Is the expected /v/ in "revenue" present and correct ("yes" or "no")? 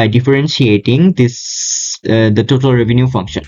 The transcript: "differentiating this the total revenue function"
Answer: yes